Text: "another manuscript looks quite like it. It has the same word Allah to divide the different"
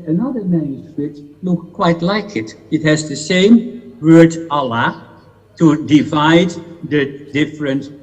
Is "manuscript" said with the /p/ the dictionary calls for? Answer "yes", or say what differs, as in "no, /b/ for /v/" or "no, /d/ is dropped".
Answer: no, /p/ is dropped